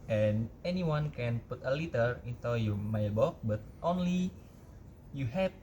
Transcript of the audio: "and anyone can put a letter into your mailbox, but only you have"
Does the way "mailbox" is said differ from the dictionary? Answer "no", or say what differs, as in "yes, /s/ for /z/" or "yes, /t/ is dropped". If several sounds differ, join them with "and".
yes, /s/ is dropped